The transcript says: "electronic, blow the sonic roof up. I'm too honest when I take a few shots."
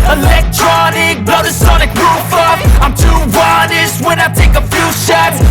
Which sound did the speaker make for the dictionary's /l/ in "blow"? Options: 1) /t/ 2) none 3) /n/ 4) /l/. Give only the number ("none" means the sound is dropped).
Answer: 2